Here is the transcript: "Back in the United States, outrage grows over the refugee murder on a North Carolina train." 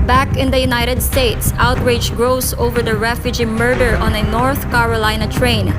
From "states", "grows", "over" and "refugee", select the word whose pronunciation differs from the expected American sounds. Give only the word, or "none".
grows